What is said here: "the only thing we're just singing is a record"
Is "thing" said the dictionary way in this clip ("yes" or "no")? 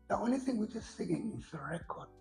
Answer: yes